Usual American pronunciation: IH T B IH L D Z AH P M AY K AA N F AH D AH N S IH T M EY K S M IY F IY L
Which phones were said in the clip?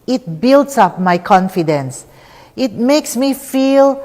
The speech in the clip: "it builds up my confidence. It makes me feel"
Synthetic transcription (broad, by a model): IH T B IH L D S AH P M AY K AA N F AH D AH N S IH T M EY K S M IY F IY L